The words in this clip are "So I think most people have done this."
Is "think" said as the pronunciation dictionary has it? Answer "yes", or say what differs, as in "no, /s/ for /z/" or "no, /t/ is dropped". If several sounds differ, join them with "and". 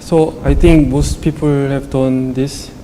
no, /t/ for /θ/